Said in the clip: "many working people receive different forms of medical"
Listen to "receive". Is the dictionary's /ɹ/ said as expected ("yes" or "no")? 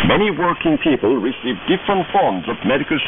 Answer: yes